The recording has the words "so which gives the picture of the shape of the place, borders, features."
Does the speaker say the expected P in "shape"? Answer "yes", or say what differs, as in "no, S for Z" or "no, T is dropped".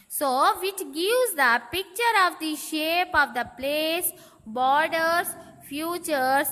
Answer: yes